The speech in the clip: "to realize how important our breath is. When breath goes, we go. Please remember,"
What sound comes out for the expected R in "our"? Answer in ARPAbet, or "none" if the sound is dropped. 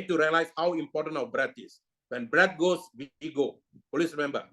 W